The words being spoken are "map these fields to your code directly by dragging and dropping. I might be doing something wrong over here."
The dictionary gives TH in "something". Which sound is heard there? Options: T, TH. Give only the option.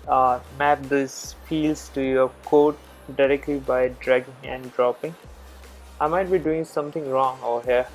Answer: T